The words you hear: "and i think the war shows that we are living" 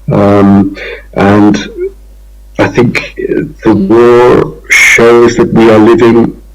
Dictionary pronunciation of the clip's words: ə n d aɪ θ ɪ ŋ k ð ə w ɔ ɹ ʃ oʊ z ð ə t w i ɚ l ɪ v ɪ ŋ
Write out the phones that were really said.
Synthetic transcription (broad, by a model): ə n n aɪ θ ɪ ŋ k ð ə w ɔ ɹ ʃ oʊ z ð ə t w i ɚ l ɪ v ɪ ŋ